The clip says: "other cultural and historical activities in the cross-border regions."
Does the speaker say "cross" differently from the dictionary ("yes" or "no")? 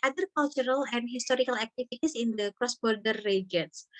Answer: no